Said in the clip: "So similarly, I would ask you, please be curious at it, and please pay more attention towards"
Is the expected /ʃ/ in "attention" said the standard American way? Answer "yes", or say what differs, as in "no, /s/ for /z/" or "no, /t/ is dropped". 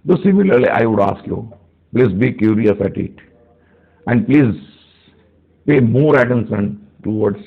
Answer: no, /s/ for /ʃ/